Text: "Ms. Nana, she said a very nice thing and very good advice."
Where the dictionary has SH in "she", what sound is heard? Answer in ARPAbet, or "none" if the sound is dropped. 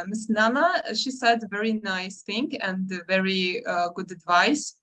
SH